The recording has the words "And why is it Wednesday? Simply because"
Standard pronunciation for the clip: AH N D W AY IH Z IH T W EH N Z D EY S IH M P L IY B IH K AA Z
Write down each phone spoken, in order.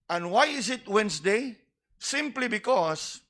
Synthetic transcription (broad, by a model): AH N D W AY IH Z IH T W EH N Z D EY S IH M P L IY B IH K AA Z